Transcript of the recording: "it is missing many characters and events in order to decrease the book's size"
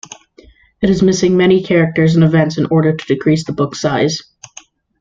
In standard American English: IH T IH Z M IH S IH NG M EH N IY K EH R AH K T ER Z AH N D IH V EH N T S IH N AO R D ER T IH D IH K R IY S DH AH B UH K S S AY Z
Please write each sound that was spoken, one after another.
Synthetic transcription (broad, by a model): IH T IH Z M IH S IH NG M EH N IY K EH R AH K T ER Z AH N IH V EH N T S IH N AO R D ER T IH D IH K R IY S DH AH B UH K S S AY Z